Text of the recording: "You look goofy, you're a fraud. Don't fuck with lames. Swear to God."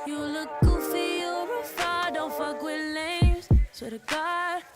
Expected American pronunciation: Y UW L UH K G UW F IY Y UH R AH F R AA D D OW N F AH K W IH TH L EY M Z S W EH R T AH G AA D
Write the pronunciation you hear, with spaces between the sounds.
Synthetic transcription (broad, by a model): Y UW L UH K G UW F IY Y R AH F AA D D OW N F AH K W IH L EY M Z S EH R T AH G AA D